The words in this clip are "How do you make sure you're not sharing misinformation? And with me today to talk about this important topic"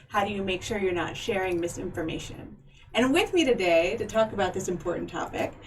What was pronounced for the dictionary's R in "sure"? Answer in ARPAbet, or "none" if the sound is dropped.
R